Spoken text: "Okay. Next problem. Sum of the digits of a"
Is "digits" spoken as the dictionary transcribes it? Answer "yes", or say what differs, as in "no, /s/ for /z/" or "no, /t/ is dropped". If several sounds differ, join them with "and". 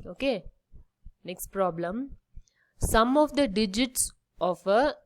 yes